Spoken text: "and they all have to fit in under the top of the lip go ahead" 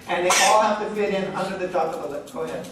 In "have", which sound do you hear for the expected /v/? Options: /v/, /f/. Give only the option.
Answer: /f/